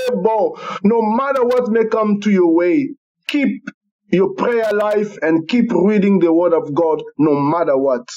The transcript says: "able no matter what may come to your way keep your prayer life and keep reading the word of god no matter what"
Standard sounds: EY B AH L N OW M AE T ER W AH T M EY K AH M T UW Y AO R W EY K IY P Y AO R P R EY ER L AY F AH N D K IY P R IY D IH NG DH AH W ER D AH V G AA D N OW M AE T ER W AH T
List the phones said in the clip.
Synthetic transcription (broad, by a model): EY B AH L N OW M AE T ER W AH T M EY K AH M T UW Y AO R W EY K IY P Y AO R P R EY ER L AY F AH N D K IY P R IY D IH NG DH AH W ER D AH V G AA D N OW M AE T ER W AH T